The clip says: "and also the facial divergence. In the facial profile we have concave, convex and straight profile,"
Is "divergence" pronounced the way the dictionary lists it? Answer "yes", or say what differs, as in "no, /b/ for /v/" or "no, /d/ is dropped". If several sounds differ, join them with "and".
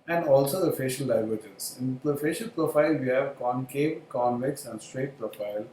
no, /z/ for /dʒ/